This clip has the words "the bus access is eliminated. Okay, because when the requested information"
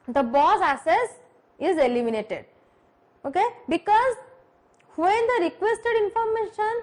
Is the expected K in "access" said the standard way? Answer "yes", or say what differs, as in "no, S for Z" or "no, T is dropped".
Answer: no, K is dropped